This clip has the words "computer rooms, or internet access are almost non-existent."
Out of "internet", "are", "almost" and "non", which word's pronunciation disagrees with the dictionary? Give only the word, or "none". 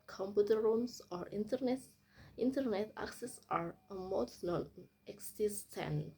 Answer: almost